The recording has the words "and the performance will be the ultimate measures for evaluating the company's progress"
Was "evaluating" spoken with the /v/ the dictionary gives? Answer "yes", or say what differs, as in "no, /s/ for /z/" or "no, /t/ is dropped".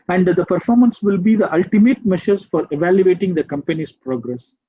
yes